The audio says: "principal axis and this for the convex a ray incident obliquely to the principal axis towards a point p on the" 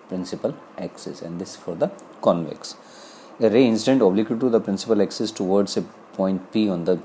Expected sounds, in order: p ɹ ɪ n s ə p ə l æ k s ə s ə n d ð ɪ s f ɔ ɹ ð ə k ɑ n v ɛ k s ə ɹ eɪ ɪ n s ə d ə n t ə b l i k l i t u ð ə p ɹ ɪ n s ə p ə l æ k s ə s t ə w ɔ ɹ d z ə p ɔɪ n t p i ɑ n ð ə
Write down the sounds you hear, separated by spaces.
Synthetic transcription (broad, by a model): p ɹ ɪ n s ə p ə l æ k s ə s ə n d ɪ s f ɔ ɹ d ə k ɑ n v ɛ k s ə ɹ eɪ ɪ n s ə d ə n t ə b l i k i t u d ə p ɹ ɪ n s ə p ə l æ k s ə s t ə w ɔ ɹ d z ə p ɔɪ n t p i ɑ n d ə